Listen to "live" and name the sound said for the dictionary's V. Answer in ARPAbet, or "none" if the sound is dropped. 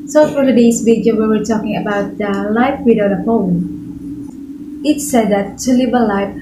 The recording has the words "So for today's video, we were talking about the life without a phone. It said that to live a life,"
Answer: B